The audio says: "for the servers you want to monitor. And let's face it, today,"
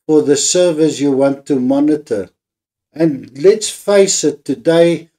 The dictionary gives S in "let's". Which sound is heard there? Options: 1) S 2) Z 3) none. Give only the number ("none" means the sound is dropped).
1